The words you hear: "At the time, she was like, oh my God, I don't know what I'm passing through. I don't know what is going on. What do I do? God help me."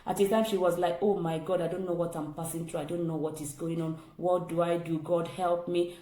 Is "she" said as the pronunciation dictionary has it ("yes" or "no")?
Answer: yes